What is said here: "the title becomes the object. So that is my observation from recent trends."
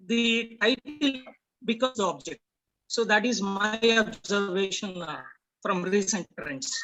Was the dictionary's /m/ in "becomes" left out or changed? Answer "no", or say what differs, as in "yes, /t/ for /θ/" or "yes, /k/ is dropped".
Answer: yes, /m/ is dropped